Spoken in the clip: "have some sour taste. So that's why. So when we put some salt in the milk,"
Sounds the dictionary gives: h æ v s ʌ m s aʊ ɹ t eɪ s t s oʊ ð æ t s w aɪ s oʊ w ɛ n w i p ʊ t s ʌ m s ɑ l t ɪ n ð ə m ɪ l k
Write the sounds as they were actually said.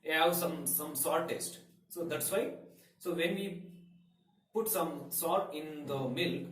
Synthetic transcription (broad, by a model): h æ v s ʌ m s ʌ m t eɪ s t s oʊ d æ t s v aɪ s oʊ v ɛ n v i p ʊ t s ʌ m s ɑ t ɪ n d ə m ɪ l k